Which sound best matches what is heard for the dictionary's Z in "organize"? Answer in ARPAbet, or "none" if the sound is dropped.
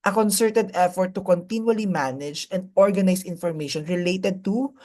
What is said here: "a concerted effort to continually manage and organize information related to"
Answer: S